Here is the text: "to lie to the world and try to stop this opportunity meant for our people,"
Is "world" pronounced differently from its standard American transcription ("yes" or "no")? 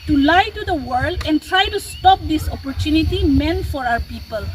no